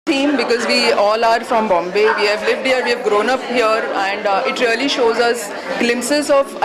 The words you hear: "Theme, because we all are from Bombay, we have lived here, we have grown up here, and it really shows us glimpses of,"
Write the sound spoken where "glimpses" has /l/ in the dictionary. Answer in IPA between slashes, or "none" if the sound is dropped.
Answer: /l/